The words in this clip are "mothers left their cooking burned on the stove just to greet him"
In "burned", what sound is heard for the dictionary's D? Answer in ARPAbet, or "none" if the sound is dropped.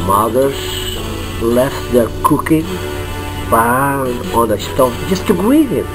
none